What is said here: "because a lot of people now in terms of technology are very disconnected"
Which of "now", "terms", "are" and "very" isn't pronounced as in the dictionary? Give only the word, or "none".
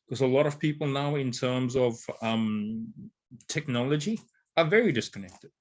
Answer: none